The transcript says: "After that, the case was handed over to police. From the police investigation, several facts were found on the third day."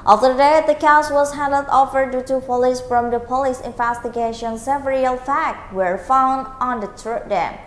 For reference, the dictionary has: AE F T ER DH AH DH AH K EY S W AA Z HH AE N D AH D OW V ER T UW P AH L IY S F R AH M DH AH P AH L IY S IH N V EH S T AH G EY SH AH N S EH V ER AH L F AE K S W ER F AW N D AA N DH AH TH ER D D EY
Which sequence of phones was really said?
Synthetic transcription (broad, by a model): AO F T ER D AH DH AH K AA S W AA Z HH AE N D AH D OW F ER T UW P AH L IY S F R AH M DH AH P AH L IY S IH N V EH S T AH G EY SH AH N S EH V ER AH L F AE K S W ER F AW N D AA N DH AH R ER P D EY